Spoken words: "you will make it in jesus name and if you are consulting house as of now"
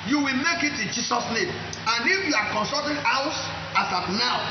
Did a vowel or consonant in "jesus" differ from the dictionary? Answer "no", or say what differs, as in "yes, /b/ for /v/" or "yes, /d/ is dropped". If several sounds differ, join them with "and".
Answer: yes, /s/ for /z/